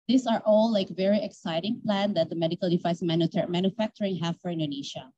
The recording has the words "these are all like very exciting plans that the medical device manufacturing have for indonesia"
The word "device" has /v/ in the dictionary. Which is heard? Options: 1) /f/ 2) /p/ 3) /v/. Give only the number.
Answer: 1